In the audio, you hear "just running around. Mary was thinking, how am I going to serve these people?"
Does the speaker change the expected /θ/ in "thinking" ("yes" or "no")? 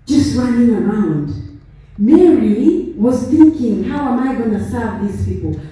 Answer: no